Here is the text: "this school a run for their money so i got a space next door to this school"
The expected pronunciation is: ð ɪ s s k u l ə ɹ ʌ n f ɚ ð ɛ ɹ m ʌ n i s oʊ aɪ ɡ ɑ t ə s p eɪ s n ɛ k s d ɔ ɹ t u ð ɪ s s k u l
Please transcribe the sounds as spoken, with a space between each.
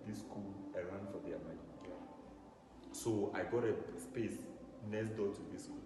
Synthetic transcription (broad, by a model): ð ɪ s s k u l ə ɹ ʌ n f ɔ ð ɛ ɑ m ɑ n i s oʊ aɪ ɡ ɑ t ə s p eɪ s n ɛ s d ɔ t u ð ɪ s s k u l